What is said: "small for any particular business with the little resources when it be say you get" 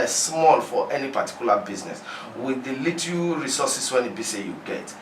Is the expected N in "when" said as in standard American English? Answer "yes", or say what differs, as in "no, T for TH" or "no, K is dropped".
yes